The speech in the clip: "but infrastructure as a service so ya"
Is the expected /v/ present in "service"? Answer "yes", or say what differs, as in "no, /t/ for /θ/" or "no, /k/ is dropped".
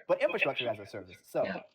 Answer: yes